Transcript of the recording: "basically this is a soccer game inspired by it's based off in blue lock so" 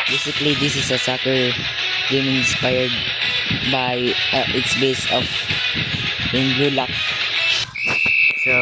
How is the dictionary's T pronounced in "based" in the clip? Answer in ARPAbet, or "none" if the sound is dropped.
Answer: none